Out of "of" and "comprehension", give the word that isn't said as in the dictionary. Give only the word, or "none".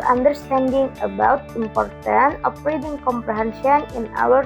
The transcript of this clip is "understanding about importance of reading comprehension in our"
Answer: of